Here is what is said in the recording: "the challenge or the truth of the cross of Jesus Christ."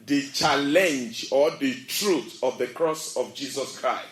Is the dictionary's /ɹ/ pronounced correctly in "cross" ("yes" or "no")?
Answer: yes